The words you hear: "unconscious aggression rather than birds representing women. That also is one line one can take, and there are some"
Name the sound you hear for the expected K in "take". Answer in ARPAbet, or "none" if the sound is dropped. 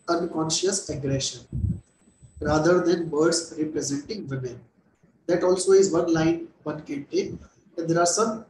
none